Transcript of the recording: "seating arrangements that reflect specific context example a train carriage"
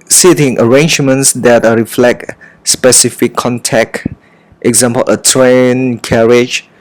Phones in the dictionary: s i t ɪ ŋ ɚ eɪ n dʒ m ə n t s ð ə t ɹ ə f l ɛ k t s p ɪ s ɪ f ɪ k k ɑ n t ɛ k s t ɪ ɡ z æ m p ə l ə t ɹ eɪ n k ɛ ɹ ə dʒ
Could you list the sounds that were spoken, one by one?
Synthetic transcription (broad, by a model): s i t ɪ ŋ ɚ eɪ n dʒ m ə n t s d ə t ɹ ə f l ɛ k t s p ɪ s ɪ f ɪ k k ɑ n t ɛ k t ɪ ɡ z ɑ m p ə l ə t ɹ eɪ n k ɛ ɹ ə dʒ